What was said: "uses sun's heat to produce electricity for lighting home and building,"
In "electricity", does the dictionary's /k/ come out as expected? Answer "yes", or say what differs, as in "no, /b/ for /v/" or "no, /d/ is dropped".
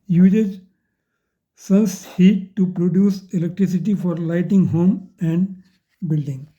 yes